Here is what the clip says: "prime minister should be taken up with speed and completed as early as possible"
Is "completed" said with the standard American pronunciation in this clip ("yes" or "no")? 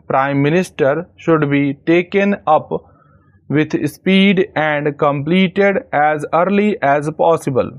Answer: yes